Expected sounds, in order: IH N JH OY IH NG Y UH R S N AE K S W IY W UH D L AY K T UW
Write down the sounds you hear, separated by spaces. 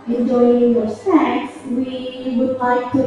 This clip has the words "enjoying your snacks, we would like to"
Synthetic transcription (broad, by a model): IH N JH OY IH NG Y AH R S AE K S W IY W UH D L AY K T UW